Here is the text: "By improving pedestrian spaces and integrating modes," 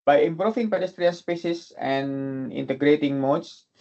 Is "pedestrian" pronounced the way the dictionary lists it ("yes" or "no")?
yes